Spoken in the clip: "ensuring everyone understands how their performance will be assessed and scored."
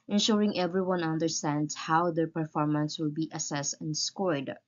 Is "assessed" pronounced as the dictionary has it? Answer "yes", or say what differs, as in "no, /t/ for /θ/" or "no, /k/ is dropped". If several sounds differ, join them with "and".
yes